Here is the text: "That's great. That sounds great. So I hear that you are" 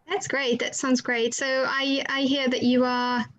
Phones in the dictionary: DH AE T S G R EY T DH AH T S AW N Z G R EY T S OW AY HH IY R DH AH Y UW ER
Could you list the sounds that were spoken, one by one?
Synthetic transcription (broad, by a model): DH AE T S G R EY T DH AH T S AW N Z G R EY T S OW AY HH IY R DH AH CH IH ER